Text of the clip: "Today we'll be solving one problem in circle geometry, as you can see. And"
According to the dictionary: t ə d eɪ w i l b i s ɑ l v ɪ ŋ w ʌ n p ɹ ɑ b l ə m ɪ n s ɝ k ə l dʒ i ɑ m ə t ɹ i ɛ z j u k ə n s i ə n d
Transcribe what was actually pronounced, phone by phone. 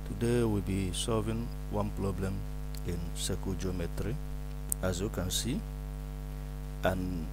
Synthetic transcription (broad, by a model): t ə d eɪ w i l b i s ɑ l v ɪ ŋ w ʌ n p ɹ ɑ b l ə m ɪ n s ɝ k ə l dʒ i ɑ m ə t ɹ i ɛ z j u k ə n s i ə n